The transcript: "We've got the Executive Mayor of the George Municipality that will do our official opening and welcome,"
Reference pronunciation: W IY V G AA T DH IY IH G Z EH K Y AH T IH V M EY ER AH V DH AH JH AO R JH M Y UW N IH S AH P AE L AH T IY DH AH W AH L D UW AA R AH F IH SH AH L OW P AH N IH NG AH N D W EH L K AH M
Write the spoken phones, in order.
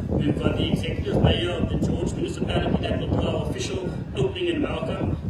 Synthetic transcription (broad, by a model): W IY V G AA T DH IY IH G Z EH K Y AH T IH V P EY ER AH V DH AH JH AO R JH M Y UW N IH S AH P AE L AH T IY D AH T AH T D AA AH F IH SH AH L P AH L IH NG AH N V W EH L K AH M